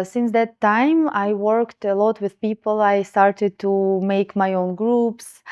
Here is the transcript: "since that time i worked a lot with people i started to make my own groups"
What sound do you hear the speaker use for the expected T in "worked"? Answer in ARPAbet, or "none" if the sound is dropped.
T